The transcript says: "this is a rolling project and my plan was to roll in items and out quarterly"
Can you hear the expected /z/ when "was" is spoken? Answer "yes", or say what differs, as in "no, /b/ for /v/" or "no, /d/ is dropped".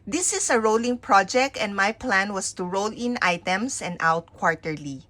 no, /s/ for /z/